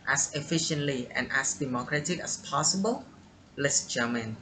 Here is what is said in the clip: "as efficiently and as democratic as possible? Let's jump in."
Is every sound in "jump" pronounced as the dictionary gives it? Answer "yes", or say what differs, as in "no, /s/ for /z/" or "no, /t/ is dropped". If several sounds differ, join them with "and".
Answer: no, /p/ is dropped